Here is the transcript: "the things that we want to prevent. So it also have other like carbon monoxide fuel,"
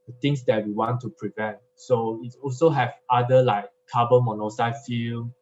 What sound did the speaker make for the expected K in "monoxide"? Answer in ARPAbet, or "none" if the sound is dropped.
none